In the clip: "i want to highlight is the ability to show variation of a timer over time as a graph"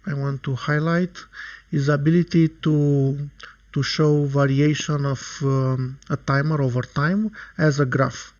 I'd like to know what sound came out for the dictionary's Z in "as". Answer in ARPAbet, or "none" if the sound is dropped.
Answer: Z